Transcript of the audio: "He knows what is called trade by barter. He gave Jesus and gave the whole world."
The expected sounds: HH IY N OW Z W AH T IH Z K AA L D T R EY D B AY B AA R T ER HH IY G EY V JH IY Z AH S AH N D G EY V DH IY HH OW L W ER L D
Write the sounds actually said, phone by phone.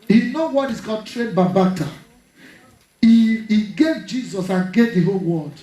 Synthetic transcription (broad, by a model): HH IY N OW W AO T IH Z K AA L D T R EY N B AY B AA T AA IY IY G EY V JH IY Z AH S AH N G EY V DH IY HH OW L W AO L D